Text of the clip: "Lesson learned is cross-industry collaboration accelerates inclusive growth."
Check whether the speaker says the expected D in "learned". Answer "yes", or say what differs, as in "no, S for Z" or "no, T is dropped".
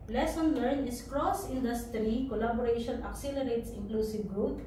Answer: no, D is dropped